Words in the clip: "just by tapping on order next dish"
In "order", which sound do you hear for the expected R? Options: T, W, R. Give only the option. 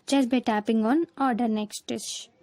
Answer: R